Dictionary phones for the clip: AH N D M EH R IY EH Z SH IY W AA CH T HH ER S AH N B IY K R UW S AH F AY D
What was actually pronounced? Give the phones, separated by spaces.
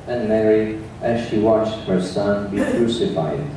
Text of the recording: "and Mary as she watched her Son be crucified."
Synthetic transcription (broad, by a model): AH N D M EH R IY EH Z SH IY W AA CH T HH ER S AH N B IY K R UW S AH F AY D